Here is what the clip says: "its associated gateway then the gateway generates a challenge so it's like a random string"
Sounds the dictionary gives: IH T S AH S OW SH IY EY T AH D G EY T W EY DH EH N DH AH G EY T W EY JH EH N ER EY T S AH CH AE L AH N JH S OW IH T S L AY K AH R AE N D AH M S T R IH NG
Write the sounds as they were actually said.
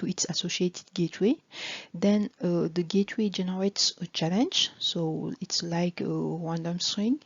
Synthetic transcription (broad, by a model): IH T S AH S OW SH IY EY T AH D G EY T W EY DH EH N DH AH G EY T W EY JH EH N ER EY T S AH CH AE L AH N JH S OW IH T S L AY K AH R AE N D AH M S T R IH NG